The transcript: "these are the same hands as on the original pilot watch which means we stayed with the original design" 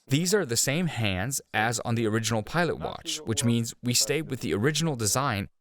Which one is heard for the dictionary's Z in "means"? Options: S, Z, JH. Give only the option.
Z